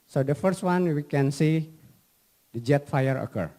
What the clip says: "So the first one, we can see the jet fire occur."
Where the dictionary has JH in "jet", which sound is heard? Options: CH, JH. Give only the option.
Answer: JH